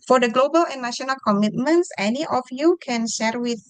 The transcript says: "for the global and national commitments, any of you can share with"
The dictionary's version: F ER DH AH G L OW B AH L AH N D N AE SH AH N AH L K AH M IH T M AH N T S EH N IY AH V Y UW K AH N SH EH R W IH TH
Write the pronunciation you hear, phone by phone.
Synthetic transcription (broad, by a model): F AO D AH G L OW B AH L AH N N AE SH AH N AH L K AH M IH T M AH N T S EH N IY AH F Y UW K AH N SH EH R W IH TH